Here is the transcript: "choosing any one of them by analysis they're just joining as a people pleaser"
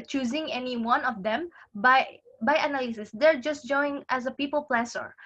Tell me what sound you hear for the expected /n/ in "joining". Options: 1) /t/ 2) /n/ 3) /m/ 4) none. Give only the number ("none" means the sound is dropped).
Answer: 4